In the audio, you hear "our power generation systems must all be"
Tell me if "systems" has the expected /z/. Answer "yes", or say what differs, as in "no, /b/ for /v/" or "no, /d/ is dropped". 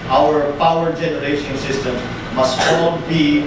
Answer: no, /z/ is dropped